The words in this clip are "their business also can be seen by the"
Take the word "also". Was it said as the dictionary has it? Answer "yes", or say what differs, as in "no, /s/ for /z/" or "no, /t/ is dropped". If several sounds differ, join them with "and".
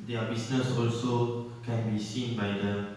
yes